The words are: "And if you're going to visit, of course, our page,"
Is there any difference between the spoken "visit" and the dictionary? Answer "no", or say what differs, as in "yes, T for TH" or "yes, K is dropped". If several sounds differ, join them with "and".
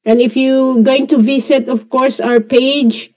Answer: yes, S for Z